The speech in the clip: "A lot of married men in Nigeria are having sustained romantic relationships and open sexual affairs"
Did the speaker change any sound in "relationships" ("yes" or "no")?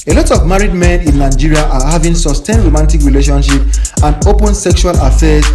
yes